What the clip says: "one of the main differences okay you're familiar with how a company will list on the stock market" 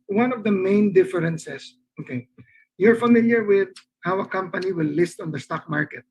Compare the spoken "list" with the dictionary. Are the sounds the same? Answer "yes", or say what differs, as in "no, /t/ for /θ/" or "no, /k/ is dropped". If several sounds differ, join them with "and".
yes